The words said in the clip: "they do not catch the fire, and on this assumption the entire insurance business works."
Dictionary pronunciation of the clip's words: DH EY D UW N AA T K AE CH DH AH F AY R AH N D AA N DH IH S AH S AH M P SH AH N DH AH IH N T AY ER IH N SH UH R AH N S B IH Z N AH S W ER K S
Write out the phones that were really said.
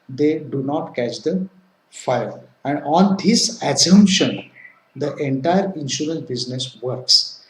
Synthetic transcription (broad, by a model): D EY D UW N AA T K AE CH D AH F AY L AH N D AA N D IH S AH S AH M P SH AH N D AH IH N T AY ER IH N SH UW R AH N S B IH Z N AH S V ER K S